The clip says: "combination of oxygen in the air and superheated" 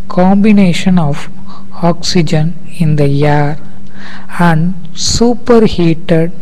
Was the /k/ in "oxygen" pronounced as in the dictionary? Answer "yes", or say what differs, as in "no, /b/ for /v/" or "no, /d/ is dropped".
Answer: yes